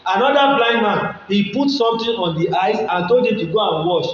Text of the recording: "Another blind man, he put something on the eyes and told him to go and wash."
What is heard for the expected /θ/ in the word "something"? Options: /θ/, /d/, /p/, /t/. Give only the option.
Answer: /t/